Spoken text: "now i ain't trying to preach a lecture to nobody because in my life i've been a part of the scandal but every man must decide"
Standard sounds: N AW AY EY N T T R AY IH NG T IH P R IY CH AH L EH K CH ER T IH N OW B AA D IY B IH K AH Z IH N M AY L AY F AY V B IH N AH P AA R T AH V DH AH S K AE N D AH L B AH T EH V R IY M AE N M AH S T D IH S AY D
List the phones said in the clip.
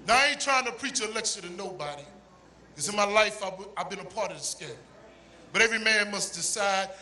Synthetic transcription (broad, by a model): N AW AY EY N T T R AY IH NG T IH P R IY CH AH L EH K S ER T IH N OW B AA D IY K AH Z IH N M AY L AY F AY V B IH N AH P AA R T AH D S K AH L B AH T EH V R IY M AE N M AH S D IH S AY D